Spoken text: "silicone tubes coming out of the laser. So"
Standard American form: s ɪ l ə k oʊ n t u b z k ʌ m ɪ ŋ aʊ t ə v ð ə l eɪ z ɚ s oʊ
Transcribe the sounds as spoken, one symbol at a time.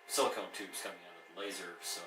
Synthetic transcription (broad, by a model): s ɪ l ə k oʊ n t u z k ʌ m ɪ ŋ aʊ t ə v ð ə l eɪ z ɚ s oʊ